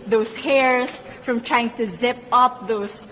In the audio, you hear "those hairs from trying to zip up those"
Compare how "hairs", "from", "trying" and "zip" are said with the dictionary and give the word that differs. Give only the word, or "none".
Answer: hairs